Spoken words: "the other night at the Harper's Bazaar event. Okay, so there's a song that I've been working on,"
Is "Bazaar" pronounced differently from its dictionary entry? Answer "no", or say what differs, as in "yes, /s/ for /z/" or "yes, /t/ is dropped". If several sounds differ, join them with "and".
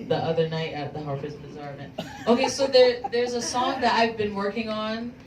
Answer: no